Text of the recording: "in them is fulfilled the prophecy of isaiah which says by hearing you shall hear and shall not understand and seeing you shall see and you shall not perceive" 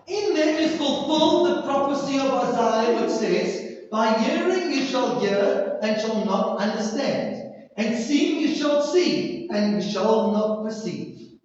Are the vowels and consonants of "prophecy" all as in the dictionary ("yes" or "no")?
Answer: no